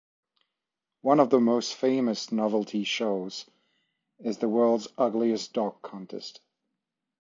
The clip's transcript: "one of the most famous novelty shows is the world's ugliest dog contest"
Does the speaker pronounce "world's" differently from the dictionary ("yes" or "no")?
no